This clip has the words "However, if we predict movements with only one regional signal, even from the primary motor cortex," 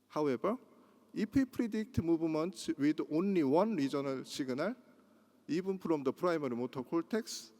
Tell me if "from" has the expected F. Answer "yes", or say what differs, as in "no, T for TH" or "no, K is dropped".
no, P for F